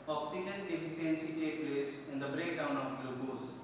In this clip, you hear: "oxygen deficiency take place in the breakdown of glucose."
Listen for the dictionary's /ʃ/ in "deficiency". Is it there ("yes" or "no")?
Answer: no